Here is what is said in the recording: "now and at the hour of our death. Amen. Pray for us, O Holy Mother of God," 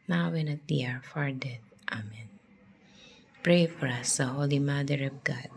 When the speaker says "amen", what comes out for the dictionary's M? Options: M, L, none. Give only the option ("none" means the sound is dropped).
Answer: M